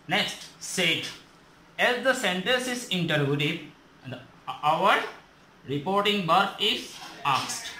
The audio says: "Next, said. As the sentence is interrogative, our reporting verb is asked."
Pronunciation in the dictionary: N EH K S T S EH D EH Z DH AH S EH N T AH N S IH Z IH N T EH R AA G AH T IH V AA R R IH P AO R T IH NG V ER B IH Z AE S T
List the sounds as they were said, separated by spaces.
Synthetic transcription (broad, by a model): N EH K S T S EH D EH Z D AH S EH N T AH N S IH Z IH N T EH R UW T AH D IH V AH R R IH P AO R T IH NG B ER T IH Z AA S T